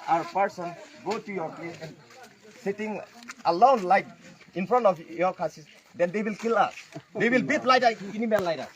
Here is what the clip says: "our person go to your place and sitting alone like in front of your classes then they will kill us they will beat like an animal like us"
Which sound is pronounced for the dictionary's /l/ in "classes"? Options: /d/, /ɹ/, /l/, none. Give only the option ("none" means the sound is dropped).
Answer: none